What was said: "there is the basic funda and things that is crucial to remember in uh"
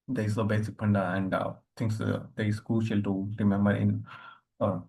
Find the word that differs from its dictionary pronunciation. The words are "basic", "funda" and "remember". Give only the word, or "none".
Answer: funda